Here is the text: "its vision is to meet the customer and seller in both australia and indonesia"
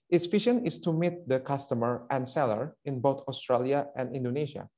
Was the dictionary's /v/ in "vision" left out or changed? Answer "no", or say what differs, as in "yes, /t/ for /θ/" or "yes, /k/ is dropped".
yes, /f/ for /v/